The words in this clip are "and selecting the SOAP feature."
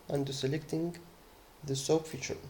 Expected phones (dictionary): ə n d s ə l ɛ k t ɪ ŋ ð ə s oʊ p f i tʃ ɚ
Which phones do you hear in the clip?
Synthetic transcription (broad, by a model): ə n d s ə l ɛ k t ɪ ŋ ð ə s oʊ p f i tʃ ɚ